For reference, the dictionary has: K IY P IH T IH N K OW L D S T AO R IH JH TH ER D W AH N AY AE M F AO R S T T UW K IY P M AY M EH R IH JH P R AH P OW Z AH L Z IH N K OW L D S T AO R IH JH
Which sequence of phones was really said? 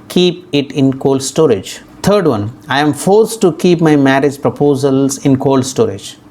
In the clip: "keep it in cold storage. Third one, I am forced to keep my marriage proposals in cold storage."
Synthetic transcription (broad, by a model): K IY P IH T IH N K OW L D S T AO R IH JH T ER D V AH N AY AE M F AO R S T T UW K IY P M AY M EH R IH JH P R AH P OW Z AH L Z IH N K OW L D S T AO R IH JH